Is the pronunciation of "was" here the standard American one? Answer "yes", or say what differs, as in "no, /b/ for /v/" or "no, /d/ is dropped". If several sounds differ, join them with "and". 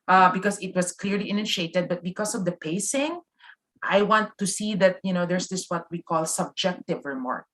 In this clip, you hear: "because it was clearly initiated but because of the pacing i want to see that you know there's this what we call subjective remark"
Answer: no, /s/ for /z/